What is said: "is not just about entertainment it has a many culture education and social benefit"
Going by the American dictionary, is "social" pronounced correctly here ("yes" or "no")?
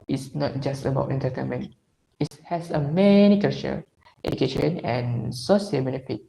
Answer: no